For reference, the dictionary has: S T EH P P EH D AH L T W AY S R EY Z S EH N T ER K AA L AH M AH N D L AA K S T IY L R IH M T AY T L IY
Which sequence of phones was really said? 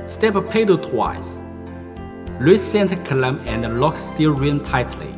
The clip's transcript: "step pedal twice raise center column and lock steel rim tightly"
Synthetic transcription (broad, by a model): S T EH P P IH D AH T W AY S L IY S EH N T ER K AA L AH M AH N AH L AA K S T IY L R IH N T AY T L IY